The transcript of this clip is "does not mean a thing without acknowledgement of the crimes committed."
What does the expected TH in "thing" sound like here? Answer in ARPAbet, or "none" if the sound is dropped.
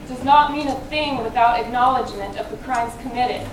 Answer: TH